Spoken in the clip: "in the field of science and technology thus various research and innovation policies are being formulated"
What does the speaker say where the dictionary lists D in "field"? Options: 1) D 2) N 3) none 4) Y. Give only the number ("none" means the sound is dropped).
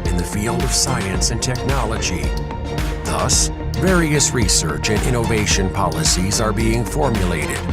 1